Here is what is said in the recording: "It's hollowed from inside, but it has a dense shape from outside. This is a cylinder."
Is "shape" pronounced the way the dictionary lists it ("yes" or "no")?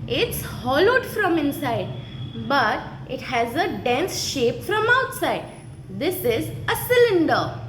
yes